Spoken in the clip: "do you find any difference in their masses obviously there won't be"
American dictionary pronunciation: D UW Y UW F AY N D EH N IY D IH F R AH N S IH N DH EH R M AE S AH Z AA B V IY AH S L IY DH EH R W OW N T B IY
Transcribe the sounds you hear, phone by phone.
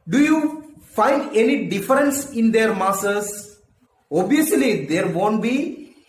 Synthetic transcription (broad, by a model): D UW Y UW F AY N D EH N IY D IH F R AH N S IH N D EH R M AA S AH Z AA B IY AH S L IY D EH R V OW N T B IY